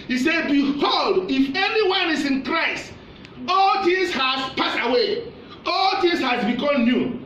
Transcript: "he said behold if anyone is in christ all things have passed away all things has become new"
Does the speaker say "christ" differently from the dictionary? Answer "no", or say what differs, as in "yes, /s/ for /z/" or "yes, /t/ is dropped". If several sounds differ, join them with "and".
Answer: yes, /t/ is dropped